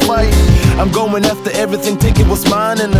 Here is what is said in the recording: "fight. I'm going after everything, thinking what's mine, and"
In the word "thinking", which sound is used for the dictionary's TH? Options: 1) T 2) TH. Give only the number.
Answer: 1